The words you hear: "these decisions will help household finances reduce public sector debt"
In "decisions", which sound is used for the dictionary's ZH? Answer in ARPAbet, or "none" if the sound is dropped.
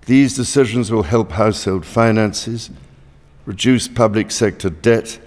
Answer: ZH